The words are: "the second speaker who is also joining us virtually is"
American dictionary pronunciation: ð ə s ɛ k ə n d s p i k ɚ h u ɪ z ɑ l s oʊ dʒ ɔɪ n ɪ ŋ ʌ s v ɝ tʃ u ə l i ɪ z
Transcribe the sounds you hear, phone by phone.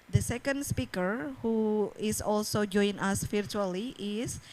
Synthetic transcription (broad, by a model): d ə s ɛ k ə n d s p i k ɚ h u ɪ s ɑ l s oʊ dʒ ɔɪ ɪ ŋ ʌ s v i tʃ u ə l i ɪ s